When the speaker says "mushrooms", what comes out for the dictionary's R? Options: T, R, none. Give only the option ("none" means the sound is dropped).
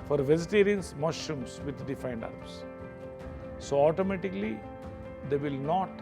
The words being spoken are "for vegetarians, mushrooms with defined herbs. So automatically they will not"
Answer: none